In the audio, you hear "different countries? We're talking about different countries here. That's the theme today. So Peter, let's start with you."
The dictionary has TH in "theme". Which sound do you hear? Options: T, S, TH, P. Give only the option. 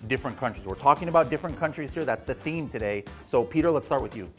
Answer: TH